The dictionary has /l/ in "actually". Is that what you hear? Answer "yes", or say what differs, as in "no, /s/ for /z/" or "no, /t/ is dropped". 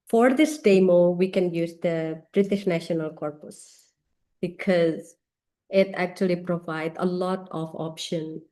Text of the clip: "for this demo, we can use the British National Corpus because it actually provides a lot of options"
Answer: yes